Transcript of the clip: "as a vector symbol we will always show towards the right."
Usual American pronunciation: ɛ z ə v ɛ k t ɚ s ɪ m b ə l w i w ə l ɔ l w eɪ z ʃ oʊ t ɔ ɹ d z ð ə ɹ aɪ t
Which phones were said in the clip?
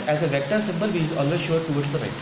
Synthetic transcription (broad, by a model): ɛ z ə v ɛ k t ɚ s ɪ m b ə l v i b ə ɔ l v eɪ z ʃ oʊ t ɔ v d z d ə ɹ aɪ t